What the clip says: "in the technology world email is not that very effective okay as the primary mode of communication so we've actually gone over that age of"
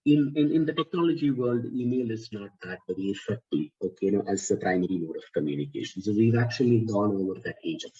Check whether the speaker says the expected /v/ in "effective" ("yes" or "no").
no